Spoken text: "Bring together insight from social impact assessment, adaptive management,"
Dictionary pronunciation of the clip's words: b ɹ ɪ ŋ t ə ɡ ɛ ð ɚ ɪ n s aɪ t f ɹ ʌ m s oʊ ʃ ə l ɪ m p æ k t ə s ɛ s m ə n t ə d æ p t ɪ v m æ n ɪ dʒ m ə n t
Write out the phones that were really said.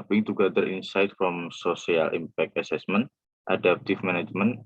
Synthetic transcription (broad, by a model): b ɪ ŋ t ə ɡ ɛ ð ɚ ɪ n s aɪ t f ɹ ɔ m s oʊ s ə l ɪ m p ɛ k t ə s ɛ s m ə n t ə d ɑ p t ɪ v m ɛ n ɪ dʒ m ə n